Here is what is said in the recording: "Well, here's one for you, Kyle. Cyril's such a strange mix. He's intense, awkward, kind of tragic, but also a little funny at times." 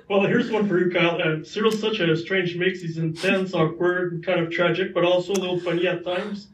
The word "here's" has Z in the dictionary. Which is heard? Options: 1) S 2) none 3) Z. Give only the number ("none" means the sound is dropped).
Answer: 3